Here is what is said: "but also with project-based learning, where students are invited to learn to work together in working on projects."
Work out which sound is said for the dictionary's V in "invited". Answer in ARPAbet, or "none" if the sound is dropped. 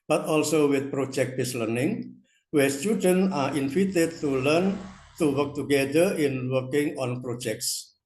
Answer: F